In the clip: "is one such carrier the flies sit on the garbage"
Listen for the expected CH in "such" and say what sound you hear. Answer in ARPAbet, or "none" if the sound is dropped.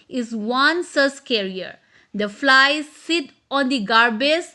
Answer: S